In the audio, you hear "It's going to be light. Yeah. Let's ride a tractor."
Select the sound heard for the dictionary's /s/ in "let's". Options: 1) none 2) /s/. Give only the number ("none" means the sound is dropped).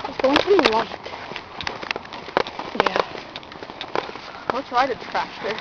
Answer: 1